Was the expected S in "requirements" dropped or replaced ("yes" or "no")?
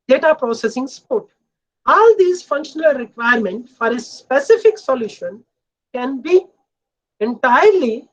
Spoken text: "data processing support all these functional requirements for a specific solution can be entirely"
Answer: yes